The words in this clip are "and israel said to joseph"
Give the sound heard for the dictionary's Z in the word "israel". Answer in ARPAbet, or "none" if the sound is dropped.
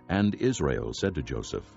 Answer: Z